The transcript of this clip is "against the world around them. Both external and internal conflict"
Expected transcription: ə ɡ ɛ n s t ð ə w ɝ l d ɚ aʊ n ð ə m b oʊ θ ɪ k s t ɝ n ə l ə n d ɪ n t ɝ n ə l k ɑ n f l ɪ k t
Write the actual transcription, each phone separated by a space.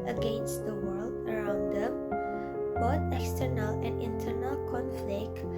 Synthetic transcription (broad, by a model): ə ɡ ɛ n s t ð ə w ɝ l d ɚ aʊ n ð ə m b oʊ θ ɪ k s t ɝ n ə l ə n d ɪ n t ɝ n ə l k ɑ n f l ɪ k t